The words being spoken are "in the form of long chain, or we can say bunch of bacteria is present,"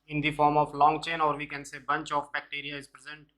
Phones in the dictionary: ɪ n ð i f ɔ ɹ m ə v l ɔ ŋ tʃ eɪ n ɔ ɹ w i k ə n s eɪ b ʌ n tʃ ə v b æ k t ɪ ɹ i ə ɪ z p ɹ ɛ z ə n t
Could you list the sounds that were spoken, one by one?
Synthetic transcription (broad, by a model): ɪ n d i f ɔ ɹ m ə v l ɔ ŋ tʃ eɪ n ɔ ɹ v i k ə n s eɪ b ʌ n tʃ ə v b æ k t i ɹ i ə ɪ z p ɹ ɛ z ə n t